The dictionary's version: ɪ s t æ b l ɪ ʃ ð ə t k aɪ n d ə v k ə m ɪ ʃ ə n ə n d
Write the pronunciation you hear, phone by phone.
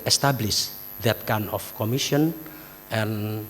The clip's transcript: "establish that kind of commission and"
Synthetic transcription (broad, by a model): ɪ s t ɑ b l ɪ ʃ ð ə t k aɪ n ə f k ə m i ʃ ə n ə n